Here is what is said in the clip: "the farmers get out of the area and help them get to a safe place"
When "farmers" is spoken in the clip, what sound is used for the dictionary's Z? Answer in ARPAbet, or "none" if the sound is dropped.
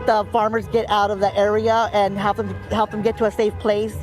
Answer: Z